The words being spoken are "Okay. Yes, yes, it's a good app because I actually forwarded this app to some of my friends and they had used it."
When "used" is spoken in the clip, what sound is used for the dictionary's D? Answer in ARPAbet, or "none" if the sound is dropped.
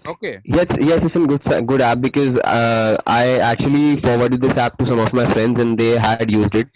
D